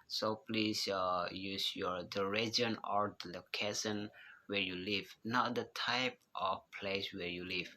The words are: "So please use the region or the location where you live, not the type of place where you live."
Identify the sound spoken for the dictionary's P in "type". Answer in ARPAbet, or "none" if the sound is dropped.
P